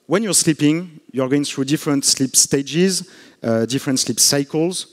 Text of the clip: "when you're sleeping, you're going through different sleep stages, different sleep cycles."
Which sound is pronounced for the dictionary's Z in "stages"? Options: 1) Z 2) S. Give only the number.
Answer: 1